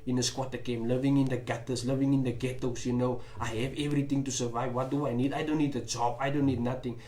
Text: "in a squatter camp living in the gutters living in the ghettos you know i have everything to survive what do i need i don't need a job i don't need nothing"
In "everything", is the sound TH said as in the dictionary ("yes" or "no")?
no